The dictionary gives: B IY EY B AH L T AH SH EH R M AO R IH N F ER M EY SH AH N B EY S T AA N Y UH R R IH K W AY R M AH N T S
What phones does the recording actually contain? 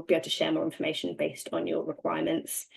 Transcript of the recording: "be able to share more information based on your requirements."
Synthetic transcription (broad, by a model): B IY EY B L T AH SH EH M AO R IH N F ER M EY SH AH N B EY S T N Y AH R R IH K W AY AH M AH N T S